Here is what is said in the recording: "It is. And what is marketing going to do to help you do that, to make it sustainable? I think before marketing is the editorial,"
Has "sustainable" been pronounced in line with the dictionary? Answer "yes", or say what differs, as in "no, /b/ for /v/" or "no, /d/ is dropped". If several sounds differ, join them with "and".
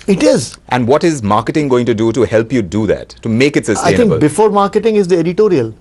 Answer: no, /n/ is dropped and /b/ is dropped